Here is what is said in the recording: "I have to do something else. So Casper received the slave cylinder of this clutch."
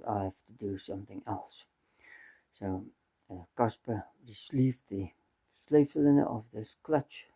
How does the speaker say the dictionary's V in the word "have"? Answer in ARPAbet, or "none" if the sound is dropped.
F